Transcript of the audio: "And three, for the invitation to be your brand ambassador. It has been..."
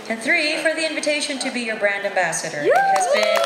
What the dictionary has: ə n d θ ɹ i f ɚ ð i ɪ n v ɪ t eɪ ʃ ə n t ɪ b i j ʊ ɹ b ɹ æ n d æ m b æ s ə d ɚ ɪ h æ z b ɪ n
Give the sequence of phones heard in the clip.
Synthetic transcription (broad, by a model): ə n θ ɹ i f ɚ ð i ɪ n v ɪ t eɪ ʃ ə n t ɪ b i j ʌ ɹ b ɹ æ n d æ m b æ s ə d ɚ h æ z b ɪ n